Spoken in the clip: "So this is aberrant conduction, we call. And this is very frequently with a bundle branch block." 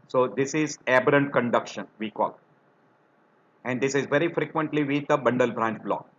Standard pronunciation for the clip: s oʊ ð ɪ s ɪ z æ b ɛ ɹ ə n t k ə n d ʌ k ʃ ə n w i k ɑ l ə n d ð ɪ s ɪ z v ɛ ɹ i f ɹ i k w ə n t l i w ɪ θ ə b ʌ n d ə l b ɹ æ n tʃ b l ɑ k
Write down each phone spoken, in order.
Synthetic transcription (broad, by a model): s oʊ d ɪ s ɪ z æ b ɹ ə n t k ə n d ʌ k ʃ ə n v i k ɑ l ə n d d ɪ s ɪ z v ɛ ɹ i f ɹ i k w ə n t l i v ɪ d ə b ʌ n d ə l b ɹ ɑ n tʃ b l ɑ k